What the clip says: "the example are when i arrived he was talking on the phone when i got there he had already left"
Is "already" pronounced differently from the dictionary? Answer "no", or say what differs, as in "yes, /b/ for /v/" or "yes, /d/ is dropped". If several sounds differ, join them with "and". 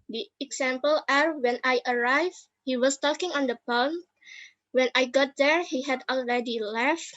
no